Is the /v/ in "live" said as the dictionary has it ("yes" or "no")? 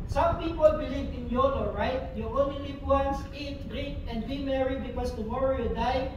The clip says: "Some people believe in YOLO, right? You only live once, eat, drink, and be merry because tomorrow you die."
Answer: no